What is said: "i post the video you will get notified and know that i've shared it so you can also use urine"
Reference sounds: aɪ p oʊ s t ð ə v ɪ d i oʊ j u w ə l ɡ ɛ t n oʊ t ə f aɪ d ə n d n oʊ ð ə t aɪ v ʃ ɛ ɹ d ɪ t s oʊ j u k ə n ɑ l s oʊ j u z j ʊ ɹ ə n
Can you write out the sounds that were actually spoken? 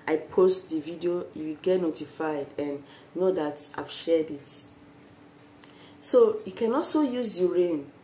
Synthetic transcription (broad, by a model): aɪ p oʊ s t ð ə v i d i oʊ j u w ɡ ɛ t n oʊ t ə f aɪ d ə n n oʊ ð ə t aɪ v ʃ ɛ d ɪ t s oʊ j u k ə n ɑ l s oʊ j u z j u ɹ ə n